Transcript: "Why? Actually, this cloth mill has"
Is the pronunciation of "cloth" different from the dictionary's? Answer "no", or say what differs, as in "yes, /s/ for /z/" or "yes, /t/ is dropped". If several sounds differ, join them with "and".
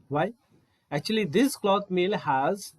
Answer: yes, /t/ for /θ/